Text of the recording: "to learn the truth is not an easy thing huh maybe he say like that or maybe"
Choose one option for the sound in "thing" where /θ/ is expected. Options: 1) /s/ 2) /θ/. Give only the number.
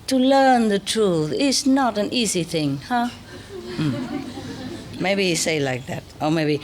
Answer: 2